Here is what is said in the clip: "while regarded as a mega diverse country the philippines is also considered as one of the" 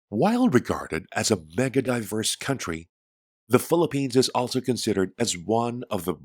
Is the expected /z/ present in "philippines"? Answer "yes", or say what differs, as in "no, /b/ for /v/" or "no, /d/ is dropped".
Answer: yes